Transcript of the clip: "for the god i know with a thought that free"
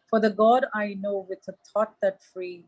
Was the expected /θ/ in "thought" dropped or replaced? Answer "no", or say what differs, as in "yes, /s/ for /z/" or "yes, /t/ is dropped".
yes, /t/ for /θ/